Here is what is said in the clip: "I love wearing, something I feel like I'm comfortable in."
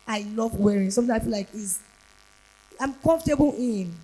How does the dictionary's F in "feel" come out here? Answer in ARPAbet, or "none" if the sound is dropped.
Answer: P